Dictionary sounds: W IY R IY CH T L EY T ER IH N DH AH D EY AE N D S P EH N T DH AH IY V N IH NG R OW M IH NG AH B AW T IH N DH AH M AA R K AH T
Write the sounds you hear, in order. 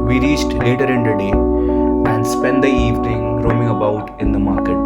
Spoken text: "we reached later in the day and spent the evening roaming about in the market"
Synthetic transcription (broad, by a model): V IY R IY CH T L EY T ER IH N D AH D EY AE N D S P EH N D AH IY V N IH NG R OW M IH NG AH B AW T IH N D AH M AA R K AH T